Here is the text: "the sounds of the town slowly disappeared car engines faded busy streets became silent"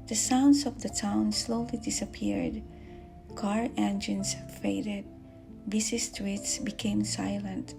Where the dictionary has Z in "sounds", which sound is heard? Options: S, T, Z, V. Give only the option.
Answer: S